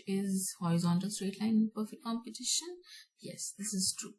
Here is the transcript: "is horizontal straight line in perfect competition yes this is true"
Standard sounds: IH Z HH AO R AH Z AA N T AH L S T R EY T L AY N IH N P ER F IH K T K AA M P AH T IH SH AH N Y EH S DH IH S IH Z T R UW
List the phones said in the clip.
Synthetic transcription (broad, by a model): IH Z HH AO R AH Z AA N T AH L S T R EY T L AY IH N P ER F IH K T K AA M P AH T IH SH AH N Y EH S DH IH S IH Z T R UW